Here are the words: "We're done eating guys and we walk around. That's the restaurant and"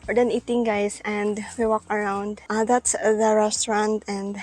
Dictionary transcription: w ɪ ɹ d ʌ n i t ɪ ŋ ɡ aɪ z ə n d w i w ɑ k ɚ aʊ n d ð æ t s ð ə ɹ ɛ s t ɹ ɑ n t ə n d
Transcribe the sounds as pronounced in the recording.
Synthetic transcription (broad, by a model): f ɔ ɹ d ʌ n i t ɪ ŋ ɡ aɪ s ə n d w i w ɑ k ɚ aʊ n d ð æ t s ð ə ɹ ɛ s t ɹ ɑ n t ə n d